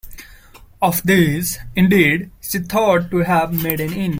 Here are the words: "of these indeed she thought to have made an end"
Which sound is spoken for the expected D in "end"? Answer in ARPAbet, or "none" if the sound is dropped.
none